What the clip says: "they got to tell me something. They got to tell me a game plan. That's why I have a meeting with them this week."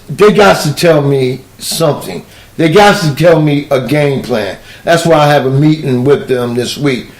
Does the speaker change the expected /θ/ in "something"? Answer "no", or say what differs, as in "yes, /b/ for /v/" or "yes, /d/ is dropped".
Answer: no